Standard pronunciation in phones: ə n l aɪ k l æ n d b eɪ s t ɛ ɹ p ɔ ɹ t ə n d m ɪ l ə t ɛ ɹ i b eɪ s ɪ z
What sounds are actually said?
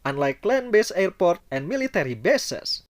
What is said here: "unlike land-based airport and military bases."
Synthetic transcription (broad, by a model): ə n l aɪ k l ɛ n b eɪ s ɛ ɹ p ɔ ɹ t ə n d m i l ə t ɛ ɹ i b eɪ s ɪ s